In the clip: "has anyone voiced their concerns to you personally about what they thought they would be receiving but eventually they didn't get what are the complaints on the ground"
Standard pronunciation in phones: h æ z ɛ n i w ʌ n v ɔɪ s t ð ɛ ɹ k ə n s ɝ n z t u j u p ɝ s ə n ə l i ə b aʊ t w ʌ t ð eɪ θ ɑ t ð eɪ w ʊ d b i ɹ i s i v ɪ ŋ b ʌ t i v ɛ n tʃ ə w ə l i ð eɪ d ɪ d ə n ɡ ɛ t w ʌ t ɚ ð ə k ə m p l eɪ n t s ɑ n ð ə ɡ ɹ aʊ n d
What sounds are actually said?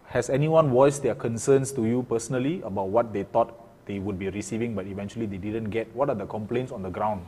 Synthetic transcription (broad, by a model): h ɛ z ɛ n i w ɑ n w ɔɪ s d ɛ k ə n s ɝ n s t u j u p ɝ s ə n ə l i ə b aʊ t w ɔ t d eɪ t ɑ t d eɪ w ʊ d b i ɹ i s i v ɪ ŋ b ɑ t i v ɛ n tʃ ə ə l i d eɪ d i d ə n ɡ ɛ t w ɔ t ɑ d ə k ə m p l eɪ n t s ɑ n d ə ɡ ɹ aʊ n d